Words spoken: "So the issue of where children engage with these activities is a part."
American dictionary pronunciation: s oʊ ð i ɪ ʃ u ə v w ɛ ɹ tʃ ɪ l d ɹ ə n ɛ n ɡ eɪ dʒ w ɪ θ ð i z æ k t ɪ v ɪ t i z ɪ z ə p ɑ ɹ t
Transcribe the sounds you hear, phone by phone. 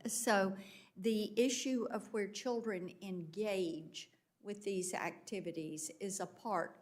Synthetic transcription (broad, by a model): s oʊ ð i ɪ ʃ u ə v w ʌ ɹ tʃ ɪ l d ɹ ə n ɛ n ɡ eɪ dʒ w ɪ ð i z æ k t ɪ v ɪ t i z ɪ z ə p ɑ ɹ t